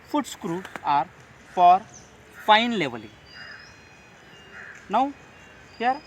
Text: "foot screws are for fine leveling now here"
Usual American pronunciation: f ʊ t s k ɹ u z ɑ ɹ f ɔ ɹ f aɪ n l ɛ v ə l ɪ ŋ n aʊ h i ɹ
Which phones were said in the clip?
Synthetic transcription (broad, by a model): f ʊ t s k ɹ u ɑ ɹ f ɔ ɹ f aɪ n l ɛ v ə l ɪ n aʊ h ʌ ɹ